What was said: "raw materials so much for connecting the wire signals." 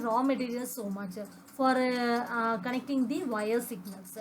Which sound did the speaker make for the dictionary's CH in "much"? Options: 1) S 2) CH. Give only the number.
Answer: 2